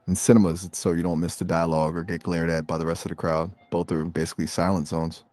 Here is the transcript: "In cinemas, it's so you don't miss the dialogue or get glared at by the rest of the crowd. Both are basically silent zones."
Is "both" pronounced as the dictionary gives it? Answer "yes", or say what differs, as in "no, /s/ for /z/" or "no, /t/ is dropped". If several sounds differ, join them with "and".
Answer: yes